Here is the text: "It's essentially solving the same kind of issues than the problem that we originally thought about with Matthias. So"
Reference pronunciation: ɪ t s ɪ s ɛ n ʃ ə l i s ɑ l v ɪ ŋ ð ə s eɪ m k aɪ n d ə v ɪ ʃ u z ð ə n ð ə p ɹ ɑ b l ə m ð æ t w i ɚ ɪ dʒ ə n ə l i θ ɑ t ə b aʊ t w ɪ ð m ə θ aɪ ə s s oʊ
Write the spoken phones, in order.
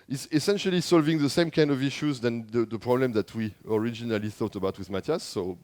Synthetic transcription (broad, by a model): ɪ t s ɪ s ɛ n ʃ ə l i s ɑ l v ɪ ŋ ð ə s eɪ m k aɪ n d ə v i ʃ u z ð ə n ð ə p ɹ ɑ b l ə m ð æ t w i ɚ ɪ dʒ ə n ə l i θ ɑ t ə b aʊ t w ɪ ð m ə t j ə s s oʊ